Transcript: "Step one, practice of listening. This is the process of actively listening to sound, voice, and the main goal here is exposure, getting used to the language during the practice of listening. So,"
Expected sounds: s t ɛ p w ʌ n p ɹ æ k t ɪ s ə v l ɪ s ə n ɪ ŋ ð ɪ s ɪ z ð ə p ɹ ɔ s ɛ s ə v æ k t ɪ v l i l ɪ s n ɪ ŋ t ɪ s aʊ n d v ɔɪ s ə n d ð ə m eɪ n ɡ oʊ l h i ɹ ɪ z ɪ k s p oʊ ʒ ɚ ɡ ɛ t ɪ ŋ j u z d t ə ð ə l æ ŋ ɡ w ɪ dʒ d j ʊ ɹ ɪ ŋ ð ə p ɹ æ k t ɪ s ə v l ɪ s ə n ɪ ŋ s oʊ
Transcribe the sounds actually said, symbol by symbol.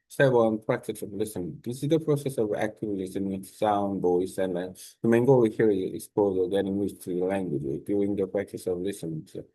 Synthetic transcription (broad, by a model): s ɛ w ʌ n p ɹ æ k t ɪ s ə v l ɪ s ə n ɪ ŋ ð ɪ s ɪ z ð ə p ɹ ɔ s ɛ s ə v æ k t ɪ v l i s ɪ n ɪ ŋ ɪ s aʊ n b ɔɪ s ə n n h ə m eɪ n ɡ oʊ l h i ɹ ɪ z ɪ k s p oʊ z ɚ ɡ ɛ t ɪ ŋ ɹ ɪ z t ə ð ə l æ ŋ ɡ w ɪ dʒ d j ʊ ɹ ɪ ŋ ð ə p ɹ æ k t ɪ s ə v l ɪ s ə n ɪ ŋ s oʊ